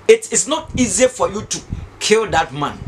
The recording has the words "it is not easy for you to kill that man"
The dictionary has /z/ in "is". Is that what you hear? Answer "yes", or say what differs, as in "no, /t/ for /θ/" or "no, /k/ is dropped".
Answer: no, /s/ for /z/